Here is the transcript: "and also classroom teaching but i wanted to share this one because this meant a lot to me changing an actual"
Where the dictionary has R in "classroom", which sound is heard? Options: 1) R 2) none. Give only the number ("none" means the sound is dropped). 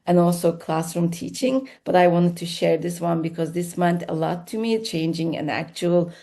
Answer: 1